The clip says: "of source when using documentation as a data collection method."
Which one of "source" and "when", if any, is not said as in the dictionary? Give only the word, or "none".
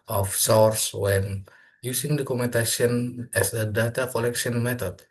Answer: none